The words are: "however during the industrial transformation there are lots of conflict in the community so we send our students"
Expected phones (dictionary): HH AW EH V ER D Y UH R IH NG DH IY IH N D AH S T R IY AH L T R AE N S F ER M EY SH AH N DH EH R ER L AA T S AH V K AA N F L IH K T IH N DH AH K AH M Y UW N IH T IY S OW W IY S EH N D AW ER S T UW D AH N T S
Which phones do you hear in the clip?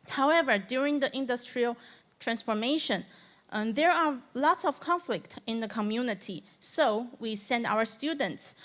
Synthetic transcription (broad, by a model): HH AW EH V ER D Y UH R IH NG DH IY IH N D AH S T R IY AH L T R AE N S F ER M EY SH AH N DH EH R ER L AA T S AH V K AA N F L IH K T IH N DH AH K AH M Y UW N IH T IY S OW W IY S EH N D AW ER S T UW D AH N T S